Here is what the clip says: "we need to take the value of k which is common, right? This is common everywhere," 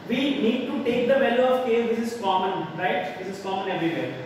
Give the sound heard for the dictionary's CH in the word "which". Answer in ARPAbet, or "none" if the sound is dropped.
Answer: S